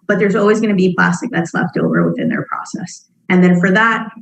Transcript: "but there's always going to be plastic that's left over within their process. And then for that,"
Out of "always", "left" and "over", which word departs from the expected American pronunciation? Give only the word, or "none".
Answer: none